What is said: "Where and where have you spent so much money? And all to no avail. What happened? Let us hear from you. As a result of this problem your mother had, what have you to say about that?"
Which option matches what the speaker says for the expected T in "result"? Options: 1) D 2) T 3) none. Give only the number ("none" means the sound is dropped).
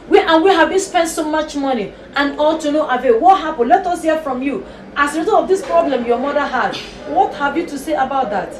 3